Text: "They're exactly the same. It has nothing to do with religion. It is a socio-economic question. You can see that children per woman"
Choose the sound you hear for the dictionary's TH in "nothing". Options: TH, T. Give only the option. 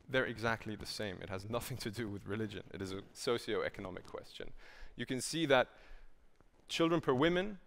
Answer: TH